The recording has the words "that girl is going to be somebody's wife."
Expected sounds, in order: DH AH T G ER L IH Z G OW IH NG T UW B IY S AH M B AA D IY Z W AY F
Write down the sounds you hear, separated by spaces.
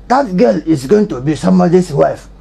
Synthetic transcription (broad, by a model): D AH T G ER L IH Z G OW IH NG T UW B IY S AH M AA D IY S W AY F